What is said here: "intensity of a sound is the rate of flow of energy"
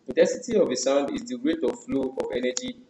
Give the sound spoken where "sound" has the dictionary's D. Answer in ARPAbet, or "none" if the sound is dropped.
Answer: D